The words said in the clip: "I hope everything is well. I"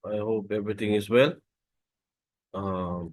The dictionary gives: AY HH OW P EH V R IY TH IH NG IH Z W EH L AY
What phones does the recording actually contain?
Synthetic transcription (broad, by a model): AY HH OW P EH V R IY T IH NG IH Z W EH L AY